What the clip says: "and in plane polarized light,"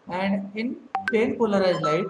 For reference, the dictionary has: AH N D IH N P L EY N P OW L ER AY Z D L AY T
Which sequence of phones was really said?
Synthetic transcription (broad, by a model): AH N D IH N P EY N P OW L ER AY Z L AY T